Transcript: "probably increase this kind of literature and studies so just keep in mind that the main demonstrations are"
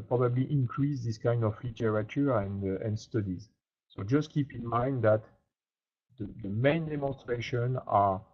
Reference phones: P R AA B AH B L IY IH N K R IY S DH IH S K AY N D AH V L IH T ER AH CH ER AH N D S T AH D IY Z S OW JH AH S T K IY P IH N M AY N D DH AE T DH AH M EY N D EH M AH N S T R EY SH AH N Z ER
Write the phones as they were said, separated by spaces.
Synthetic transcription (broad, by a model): P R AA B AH B L IY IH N K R IY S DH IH S K AY N D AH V L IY T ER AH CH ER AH N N S T AH D IY Z S OW JH AH S T K IY P IH N M AY N D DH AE T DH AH M EY N D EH M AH N S T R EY SH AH N ER